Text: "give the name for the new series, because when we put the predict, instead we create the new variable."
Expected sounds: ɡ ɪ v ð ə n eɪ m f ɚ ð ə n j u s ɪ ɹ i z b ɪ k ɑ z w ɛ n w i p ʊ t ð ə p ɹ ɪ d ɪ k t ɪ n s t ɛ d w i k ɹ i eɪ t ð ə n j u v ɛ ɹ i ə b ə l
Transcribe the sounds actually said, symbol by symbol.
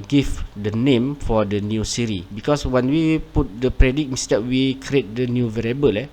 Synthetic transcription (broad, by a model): ɡ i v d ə n eɪ m f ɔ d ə n j u s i ɹ i b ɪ k ɑ s w ɛ n w i p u t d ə p ɹ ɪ d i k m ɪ s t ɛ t w i k ɹ i eɪ t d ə n j u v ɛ ɹ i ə b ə l